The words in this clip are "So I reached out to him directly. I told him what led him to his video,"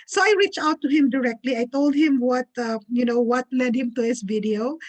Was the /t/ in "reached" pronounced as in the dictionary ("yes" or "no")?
no